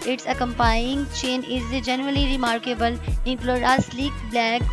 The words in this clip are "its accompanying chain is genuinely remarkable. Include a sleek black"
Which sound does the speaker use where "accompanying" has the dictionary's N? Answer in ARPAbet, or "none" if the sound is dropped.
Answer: none